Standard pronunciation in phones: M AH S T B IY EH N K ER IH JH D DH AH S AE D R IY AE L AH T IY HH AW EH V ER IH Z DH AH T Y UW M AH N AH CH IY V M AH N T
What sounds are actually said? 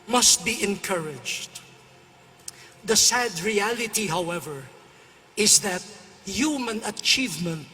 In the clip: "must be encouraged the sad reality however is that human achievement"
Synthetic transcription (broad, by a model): M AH S T B IY EH N K ER IH JH D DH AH S AE D R IY AE L AH T IY HH AW EH V ER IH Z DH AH T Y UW M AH N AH CH IY V M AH N T